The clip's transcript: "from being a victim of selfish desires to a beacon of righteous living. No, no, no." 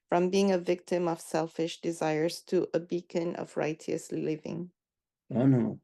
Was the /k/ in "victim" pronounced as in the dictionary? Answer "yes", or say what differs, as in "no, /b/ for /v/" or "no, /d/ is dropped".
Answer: yes